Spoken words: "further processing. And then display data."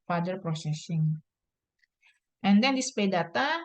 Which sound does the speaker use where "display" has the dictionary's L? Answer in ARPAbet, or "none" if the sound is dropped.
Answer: none